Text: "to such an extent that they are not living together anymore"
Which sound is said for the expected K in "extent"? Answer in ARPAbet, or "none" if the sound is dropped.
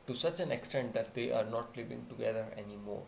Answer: K